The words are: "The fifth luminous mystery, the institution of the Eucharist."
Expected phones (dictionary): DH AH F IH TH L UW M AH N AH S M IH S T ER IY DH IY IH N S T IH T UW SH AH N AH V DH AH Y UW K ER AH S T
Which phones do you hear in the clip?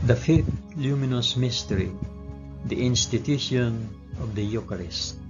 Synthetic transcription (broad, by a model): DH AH F IH TH L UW M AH N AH S M IH S T ER IY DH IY IH N S T IH T UW SH AH N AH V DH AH Y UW K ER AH S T